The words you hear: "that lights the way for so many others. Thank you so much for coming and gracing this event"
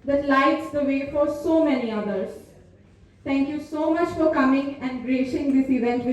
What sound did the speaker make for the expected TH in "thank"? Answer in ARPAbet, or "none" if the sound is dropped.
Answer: T